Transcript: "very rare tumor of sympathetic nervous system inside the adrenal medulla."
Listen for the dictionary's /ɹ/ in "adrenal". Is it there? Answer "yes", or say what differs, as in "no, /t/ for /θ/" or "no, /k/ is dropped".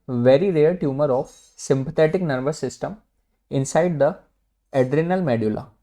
yes